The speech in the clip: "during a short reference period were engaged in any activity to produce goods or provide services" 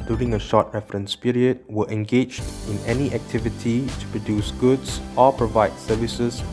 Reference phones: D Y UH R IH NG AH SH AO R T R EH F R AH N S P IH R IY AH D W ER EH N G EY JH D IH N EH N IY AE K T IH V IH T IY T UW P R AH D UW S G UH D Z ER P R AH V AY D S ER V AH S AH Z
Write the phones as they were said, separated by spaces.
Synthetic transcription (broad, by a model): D Y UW R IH NG AH SH AO T R EH F R AH N S P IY R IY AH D W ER EH N G EY JH D IH N EH N IY AE K T IH V IH T IY T UW P R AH D UW S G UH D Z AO P R AH V AY D S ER V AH S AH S